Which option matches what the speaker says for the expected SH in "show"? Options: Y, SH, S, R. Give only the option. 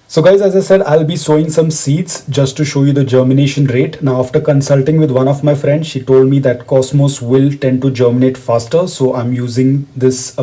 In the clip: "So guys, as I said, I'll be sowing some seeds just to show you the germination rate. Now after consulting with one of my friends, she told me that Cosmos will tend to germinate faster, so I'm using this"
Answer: SH